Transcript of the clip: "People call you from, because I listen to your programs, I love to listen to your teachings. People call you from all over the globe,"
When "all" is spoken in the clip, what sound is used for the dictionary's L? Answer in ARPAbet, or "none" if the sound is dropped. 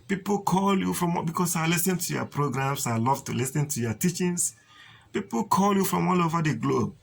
L